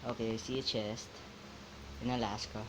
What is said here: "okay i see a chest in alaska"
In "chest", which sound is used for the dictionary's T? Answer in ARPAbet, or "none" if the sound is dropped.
T